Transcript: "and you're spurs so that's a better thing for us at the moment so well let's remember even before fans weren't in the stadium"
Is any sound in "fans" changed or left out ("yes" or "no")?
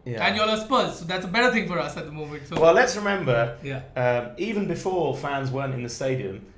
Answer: no